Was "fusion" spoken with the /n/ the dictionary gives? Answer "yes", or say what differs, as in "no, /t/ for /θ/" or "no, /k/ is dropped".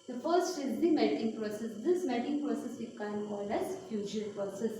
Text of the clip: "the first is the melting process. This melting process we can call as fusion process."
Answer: no, /l/ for /n/